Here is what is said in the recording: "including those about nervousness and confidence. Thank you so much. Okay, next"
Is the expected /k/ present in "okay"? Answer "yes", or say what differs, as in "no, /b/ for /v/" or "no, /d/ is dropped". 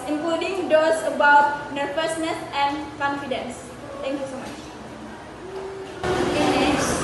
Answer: no, /k/ is dropped